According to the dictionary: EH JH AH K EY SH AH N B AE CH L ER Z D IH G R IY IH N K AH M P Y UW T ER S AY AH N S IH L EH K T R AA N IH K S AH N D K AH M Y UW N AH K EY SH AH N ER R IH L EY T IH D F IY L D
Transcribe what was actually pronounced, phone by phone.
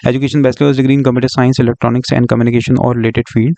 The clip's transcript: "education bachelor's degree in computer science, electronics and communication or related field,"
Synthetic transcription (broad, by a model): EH JH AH K EY SH AH N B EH S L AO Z D IH G R IY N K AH M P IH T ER S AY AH N S IH L EH K T R AA N IH K S AH N D K AH M Y UW N AH K EY SH AH N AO R IH L EY T IH D F IY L D